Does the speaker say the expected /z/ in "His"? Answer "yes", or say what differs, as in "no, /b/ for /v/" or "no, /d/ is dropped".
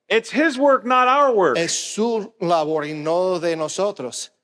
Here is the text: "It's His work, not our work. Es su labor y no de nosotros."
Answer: yes